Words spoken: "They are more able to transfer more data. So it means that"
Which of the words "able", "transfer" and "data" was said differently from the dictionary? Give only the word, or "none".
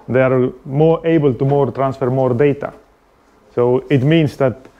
none